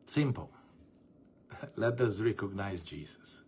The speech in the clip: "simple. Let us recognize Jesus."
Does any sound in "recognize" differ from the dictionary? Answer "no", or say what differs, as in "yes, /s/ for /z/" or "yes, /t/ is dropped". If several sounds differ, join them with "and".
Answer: no